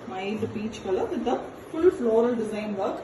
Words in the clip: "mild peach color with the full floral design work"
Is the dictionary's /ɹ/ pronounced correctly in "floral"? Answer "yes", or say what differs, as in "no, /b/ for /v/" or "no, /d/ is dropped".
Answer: yes